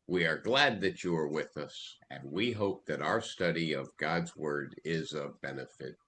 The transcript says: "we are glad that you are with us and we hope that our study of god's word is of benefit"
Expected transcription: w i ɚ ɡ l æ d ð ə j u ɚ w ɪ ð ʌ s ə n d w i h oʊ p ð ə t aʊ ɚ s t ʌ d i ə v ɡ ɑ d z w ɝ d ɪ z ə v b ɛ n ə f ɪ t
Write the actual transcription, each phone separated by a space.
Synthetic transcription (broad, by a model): w i ɚ ɡ l æ d ð ə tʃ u ɚ w ɪ ð ʌ s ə n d w i h oʊ p ð ə t aʊ ɚ s t ʌ d i ə v ɡ ɑ d z w ɝ d ɪ z ə v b ɛ n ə f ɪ t